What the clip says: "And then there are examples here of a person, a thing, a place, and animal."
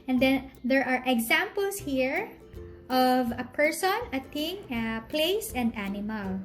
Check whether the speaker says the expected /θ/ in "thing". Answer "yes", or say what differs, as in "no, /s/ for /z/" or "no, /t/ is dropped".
no, /t/ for /θ/